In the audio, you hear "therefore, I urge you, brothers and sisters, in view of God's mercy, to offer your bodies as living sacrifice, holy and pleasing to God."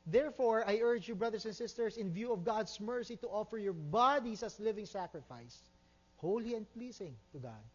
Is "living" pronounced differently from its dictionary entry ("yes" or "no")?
no